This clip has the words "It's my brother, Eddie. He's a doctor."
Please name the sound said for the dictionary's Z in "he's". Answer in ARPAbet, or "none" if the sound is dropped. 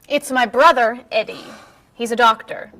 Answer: Z